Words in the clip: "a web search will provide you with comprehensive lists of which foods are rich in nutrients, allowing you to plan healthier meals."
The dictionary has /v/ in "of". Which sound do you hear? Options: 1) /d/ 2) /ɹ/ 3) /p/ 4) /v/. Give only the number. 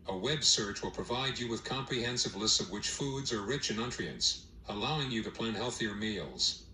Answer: 4